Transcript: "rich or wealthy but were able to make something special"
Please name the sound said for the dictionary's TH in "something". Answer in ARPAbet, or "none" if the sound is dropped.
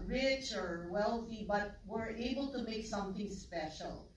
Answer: TH